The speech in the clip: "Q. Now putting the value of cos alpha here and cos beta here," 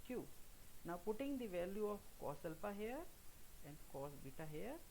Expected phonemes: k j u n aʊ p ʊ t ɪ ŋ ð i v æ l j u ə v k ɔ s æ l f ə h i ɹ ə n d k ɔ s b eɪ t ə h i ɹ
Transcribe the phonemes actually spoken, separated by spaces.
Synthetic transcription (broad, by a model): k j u n aʊ p ʊ t ɪ ŋ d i v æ l j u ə f k ɔ s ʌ l p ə h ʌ ɹ ə n d k ɔ s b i t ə h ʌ ɹ